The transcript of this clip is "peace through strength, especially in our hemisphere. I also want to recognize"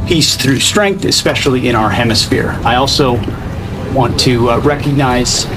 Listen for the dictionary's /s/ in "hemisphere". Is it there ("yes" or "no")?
yes